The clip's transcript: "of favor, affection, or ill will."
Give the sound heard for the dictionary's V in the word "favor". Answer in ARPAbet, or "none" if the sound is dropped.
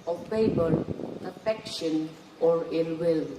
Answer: B